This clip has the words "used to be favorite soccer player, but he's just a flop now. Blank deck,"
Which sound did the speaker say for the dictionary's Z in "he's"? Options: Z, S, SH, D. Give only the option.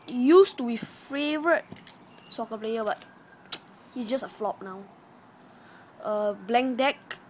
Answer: S